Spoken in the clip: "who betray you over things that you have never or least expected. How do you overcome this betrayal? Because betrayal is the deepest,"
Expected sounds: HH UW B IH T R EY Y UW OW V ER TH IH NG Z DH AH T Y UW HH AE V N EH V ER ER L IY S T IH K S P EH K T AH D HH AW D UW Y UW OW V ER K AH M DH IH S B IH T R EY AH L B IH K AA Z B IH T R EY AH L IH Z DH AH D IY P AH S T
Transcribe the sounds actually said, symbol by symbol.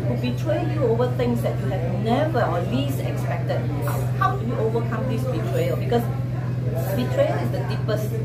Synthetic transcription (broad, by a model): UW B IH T R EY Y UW OW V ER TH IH NG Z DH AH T Y UW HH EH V N EH V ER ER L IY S IH K S P EH K T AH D HH AW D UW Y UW OW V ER K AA M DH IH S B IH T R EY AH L B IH K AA S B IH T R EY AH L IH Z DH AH D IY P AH S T